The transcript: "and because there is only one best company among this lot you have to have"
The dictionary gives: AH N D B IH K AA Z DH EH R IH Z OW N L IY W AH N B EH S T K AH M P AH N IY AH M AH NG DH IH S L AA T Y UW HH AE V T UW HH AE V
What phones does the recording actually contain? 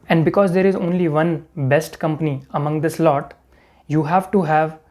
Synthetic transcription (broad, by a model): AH N D B IH K AA Z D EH R IH Z OW N L IY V AH N B EH S T K AH M P AH N IY AH M AH NG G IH S L AA T Y UW HH AE V T UW HH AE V